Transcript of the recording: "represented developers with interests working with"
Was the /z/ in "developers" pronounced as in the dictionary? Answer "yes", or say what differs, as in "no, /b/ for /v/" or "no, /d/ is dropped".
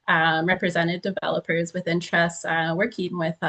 yes